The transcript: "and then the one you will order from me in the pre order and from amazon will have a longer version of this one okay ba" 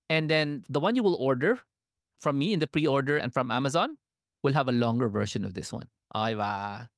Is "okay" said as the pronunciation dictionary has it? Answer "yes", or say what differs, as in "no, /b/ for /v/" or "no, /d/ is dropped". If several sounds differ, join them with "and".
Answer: no, /k/ is dropped